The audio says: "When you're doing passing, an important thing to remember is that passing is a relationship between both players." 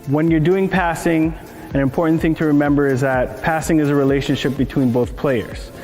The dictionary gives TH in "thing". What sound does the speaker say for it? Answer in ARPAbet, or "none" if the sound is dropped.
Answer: TH